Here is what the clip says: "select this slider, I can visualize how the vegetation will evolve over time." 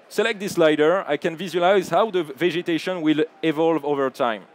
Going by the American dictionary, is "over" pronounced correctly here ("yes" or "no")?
yes